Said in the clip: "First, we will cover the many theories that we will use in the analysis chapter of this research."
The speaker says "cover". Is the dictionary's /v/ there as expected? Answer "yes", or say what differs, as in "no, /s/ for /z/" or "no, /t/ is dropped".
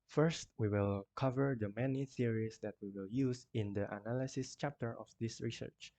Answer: yes